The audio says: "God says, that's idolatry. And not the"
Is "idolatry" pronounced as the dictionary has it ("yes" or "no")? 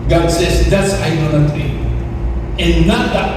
no